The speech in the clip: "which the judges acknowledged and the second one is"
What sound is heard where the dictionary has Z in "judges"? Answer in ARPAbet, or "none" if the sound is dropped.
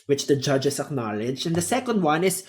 S